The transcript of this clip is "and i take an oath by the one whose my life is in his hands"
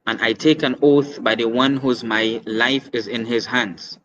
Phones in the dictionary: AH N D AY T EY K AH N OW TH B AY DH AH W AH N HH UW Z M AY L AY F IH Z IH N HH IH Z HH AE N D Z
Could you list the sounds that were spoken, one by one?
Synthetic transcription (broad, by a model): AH N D AY T EY K AH N OW TH B AY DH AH W AH N HH UW Z M AY L AY F IH Z IH N HH IH Z HH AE N D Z